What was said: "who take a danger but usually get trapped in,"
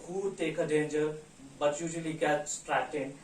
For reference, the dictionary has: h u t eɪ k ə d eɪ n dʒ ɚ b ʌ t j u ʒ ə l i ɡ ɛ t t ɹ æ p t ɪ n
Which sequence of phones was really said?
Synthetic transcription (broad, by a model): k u t eɪ k ə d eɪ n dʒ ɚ b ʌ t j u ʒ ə l i ɡ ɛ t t ɹ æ t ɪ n